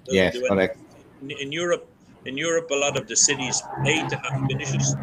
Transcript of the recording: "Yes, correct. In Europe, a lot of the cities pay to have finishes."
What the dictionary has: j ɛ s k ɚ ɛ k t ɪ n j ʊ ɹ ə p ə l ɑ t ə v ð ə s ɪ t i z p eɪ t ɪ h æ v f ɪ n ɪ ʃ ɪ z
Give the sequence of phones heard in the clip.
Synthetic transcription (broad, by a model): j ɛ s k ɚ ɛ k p ɪ n j ʊ ɹ ə p ə l ɑ t ə v ð ə s ɪ t i z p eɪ t ɪ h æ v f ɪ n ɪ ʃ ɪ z